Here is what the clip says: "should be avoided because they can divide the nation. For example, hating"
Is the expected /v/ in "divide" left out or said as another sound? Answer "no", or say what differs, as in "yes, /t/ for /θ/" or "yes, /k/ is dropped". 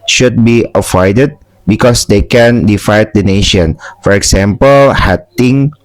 yes, /f/ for /v/